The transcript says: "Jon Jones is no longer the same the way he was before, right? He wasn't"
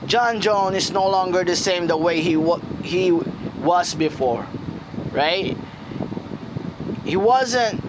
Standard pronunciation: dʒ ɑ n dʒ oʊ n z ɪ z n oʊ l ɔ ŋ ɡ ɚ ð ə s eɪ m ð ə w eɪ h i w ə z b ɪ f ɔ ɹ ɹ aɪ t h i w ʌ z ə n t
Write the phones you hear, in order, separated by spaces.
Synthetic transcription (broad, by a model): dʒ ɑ n dʒ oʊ n ɪ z n oʊ l ɔ ŋ ɡ ɚ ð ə s eɪ m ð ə w eɪ h i w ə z b ɪ f ɔ ɹ ɹ aɪ t h i w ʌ z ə n t